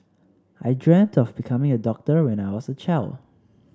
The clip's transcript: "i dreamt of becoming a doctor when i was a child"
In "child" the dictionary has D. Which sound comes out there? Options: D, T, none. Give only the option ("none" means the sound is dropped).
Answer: none